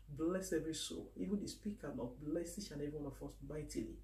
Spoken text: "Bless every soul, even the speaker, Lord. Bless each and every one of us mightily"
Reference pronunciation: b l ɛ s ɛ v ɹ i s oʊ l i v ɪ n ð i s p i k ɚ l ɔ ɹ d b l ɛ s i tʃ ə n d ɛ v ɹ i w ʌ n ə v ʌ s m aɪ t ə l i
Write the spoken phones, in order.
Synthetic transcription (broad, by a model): b l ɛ s ɛ v ɹ i s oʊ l i v ɪ n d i s p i k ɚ n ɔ b l ɛ s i ʃ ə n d ɛ v ɹ i w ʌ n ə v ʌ s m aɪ t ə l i